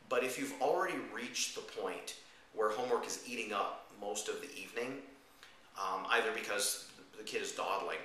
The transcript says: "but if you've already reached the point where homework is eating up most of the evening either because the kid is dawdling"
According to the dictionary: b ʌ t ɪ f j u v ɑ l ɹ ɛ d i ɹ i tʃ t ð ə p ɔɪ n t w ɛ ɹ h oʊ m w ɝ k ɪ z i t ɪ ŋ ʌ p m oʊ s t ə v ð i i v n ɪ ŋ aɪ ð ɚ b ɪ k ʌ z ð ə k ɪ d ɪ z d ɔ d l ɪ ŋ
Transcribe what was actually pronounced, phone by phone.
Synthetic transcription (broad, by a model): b ʌ t ɪ f j u v l ɹ ɛ d i ɹ i tʃ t ð ə p ɔɪ n t w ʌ ɹ h oʊ m w ɝ k ɪ z i t ɪ ŋ ʌ p m oʊ s t ə v ð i i v n ɪ ŋ aɪ ð ɚ b ɪ k ʌ z ð ə k ɪ d ɪ z d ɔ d l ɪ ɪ